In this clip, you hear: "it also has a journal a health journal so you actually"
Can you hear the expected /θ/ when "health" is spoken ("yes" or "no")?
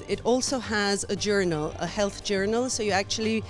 yes